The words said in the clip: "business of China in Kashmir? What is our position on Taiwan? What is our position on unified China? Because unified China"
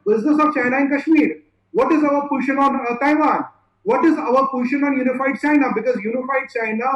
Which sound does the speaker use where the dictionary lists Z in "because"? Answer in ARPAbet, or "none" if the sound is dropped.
Z